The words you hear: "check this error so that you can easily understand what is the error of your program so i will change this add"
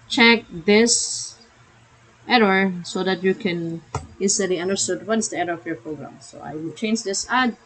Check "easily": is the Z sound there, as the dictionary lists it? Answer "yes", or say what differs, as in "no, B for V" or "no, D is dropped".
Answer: no, S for Z